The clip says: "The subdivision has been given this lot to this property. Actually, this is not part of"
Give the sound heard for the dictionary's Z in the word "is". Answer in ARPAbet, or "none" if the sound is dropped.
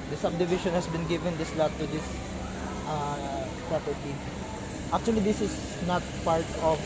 S